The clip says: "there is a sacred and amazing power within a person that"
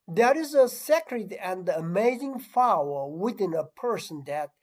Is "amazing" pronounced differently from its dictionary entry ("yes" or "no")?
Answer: no